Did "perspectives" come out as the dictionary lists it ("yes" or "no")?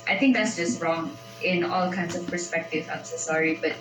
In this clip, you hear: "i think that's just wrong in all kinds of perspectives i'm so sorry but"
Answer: no